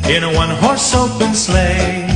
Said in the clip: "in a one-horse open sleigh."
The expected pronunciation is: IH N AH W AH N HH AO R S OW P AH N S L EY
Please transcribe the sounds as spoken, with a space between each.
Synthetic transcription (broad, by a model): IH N AH W AH N HH AO R S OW B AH N S L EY